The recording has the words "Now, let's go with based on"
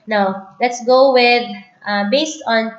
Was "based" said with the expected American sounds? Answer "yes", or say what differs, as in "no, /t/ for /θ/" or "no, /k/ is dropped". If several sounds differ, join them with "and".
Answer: yes